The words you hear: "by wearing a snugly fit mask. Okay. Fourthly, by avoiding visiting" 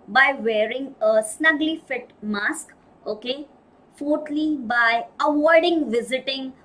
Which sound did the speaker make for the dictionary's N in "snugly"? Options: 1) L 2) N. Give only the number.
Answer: 2